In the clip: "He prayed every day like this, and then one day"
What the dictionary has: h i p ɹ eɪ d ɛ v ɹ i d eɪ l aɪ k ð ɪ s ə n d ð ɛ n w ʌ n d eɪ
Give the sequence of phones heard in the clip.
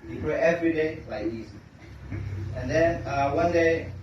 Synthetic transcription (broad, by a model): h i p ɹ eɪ ɛ v ɹ i d eɪ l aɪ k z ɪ ə n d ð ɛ n w ʌ n d eɪ